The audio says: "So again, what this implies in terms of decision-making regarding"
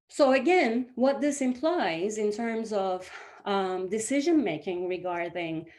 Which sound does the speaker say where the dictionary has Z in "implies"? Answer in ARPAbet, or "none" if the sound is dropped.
Z